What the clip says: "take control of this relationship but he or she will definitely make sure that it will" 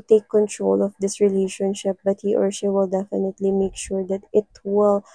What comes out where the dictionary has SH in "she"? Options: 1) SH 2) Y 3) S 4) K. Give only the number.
3